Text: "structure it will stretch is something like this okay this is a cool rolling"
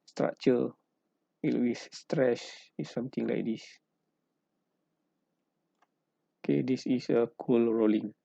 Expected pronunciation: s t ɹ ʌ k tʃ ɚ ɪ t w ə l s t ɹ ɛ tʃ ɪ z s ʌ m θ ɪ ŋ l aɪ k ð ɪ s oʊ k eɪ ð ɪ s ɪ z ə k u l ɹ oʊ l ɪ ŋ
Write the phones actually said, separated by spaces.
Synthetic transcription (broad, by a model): s t ɹ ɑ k tʃ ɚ ɪ t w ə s t ɹ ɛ ʃ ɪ s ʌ m t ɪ ŋ l aɪ k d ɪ s oʊ k eɪ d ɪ s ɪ s ə k u l ɹ oʊ l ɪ ŋ